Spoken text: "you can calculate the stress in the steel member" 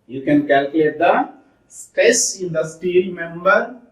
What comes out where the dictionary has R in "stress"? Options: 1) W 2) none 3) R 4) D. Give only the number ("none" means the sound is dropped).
2